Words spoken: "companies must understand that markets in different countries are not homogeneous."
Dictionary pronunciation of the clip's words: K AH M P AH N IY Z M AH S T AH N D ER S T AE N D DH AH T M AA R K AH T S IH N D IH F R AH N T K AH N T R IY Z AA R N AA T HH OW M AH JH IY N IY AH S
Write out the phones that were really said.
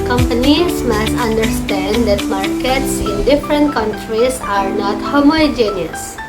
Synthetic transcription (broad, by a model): K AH M P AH N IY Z M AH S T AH N D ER S T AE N D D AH T M AA R K AH T S IH N D IH F R AH N T K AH N T R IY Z AA R N AA T HH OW M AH JH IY N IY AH S